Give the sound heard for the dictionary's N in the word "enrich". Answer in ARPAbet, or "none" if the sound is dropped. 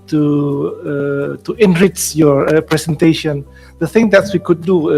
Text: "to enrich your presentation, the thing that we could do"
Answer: N